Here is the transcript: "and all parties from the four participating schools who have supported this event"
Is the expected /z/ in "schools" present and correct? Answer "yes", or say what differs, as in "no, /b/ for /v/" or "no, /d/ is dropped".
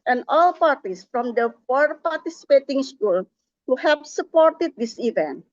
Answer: no, /z/ is dropped